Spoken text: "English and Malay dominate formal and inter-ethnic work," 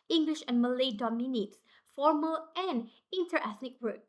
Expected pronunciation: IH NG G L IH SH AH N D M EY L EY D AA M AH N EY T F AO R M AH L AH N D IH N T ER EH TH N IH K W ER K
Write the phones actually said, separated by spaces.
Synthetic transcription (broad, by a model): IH NG G L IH SH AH N M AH L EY D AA M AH N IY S F AO R M AH L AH N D IH N T ER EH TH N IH K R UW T